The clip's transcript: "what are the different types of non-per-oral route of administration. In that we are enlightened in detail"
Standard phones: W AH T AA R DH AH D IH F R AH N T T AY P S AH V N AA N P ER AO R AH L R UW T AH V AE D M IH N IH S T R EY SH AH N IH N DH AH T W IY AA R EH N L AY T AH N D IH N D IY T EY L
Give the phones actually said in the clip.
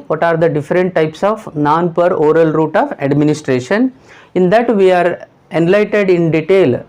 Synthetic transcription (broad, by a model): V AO T AA R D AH D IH F R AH N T T AY P S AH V N AA N P ER AO R AH L R UW T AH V AE D M IH N IH S T R EY SH AH N IH N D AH T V IY AA R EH N L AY T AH D IH N D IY T EY L